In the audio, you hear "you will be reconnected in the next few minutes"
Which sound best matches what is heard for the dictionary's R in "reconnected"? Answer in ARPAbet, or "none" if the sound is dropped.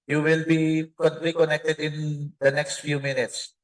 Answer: L